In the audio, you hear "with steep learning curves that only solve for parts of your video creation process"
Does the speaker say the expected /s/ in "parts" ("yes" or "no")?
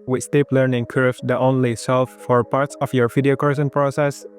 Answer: yes